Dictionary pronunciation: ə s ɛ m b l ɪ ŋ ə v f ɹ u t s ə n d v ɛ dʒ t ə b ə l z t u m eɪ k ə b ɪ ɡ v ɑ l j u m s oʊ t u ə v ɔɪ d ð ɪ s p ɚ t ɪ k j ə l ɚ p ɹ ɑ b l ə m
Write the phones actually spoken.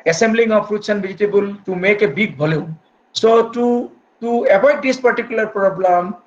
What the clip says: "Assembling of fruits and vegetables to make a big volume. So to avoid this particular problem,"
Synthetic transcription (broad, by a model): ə s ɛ m b l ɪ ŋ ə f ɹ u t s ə n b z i t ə b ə l t u m eɪ k ə b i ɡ b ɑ l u s oʊ t u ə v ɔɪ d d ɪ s p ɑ t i k j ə l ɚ p ɹ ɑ b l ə m